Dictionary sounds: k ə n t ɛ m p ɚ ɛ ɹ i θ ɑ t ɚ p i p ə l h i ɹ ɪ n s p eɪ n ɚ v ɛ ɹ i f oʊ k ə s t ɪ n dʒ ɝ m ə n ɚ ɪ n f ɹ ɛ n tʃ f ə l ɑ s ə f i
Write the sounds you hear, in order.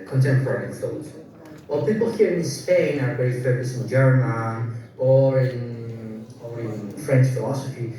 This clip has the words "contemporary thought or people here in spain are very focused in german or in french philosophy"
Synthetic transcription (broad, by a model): k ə n t ɛ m p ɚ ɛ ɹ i f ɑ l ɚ p i p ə l h i ɹ ɪ n s p eɪ n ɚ b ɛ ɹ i f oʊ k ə s ɪ n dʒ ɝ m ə n ɚ ɪ n f ɹ ɛ n tʃ f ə l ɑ s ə f i